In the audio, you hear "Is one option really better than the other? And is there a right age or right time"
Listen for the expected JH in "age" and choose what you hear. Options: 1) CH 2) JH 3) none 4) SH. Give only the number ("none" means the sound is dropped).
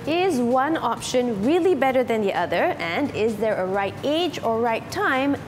2